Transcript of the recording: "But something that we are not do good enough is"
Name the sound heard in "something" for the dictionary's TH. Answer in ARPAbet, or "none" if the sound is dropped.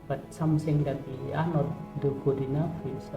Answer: S